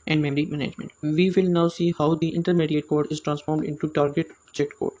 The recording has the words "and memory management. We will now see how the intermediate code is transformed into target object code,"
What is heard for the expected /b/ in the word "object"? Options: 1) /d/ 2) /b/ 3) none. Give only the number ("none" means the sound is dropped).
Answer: 3